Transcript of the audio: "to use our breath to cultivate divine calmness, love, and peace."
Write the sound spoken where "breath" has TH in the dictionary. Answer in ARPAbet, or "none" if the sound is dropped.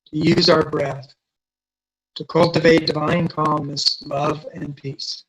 TH